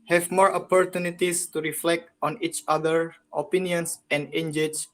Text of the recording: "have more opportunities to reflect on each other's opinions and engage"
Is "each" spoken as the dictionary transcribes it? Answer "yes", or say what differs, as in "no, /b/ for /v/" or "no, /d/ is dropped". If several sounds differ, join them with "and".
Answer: yes